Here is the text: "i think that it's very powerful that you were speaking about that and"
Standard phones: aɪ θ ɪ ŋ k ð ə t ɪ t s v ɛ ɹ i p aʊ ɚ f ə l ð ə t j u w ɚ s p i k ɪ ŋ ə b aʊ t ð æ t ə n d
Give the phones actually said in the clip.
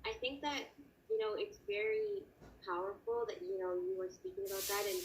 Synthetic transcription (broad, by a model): aɪ θ ɪ ŋ k ð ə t ɪ t s v ɛ ɹ i p aʊ ɚ f l ð ə t j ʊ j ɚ s p i k ɪ ŋ ə b aʊ t ð æ t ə n